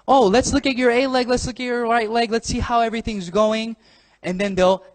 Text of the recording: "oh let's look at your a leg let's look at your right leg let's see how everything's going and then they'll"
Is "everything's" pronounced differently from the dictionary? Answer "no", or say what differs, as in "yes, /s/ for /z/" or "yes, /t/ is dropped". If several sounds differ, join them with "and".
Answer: no